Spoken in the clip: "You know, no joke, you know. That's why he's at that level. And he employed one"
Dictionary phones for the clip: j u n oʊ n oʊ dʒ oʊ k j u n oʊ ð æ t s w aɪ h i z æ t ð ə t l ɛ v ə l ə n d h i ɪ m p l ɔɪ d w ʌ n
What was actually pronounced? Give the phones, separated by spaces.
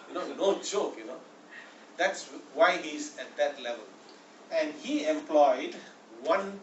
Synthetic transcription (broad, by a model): j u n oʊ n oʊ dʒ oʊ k j u n oʊ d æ t s w aɪ h i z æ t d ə t l ɛ v ə l ə n d h i ɪ m p l ɔɪ d w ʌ n